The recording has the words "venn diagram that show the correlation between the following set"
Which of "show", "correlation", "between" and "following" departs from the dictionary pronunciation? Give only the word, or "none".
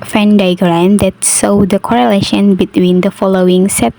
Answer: show